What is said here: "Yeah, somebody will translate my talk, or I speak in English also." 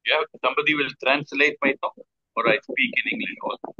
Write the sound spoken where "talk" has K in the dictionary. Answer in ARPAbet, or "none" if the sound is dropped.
none